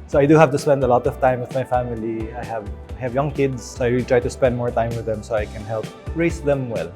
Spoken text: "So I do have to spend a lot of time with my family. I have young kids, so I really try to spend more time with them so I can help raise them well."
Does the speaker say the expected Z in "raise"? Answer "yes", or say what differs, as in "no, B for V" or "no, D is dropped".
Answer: no, S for Z